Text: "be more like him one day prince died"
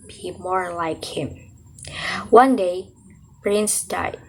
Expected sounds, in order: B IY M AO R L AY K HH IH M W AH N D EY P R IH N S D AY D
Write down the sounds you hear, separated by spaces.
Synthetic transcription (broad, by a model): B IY M AO R L AY K HH IH M W AH N D EY B R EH N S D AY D